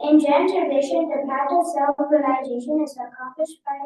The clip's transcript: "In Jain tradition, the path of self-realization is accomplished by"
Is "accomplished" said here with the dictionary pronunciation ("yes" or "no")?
yes